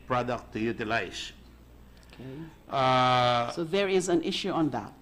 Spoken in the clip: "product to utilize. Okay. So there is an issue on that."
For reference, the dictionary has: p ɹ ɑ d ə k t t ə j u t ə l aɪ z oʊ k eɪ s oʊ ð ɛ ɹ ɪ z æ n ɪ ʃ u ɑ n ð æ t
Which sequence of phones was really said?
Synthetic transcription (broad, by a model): p ɹ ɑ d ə k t t ə j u t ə l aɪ s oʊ k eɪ s oʊ ð ɛ ɹ ɪ z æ n ɪ ʃ u ɑ n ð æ t